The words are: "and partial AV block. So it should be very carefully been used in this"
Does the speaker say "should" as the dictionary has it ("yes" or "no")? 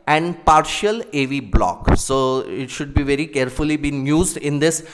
yes